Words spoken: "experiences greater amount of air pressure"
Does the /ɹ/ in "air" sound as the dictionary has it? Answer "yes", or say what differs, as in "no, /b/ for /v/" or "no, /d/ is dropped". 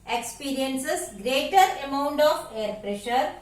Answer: yes